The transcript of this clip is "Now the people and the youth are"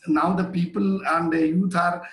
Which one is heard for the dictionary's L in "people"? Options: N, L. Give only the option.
L